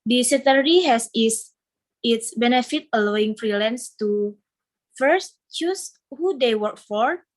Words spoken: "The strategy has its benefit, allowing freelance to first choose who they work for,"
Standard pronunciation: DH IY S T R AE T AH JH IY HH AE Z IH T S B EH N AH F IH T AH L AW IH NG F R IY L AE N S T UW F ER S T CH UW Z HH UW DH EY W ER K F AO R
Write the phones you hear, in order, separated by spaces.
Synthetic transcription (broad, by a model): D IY S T AH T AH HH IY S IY S IH T S B EH N AH F IH T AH L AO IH NG F R IY L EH N S T UW F ER S T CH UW S HH UW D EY W ER K F AO R